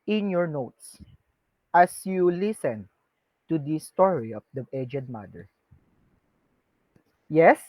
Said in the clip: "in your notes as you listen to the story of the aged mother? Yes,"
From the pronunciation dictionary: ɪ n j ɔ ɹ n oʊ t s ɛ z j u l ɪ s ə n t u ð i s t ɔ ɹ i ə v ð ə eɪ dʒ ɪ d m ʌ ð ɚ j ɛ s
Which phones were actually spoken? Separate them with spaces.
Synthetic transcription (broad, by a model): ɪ n j ɔ ɹ n oʊ t s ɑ s j u l ɪ s ə n t u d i s t ɔ ɹ i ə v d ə eɪ dʒ ɪ d m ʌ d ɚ j ɛ s